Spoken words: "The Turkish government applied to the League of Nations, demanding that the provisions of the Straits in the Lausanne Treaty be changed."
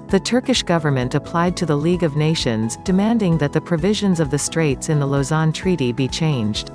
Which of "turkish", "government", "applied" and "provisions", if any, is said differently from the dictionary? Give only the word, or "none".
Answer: none